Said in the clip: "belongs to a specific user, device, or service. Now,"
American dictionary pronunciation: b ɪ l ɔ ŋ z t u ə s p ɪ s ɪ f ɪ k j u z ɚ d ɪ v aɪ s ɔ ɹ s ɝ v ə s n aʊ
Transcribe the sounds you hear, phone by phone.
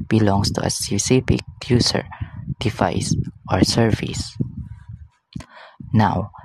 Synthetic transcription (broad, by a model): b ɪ l ɔ ŋ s t u ə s ɪ s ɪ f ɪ k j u s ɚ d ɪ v aɪ s ɔ ɹ s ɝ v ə s n aʊ